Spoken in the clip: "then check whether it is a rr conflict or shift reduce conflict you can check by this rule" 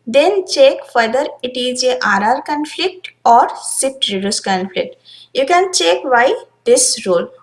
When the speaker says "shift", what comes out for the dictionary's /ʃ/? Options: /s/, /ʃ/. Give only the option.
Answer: /s/